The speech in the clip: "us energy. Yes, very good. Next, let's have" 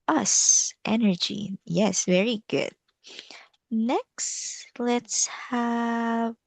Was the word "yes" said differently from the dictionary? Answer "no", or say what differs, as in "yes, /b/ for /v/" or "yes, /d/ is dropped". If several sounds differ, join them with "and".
no